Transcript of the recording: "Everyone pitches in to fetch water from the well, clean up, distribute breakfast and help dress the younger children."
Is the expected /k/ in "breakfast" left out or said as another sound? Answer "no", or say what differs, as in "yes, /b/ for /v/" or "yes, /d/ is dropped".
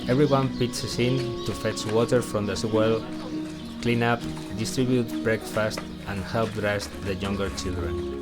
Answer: no